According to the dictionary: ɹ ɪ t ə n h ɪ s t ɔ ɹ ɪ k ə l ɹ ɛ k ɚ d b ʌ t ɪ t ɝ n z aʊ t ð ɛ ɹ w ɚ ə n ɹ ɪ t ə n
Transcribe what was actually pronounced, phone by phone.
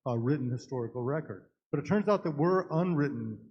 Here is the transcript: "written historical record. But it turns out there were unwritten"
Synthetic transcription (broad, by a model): ɹ ɪ t n h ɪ s t ɔ ɹ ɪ k l ɹ ɛ k ɚ d b ʌ t ɪ t ɝ n z aʊ t ð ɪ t w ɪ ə n ɹ ɪ t n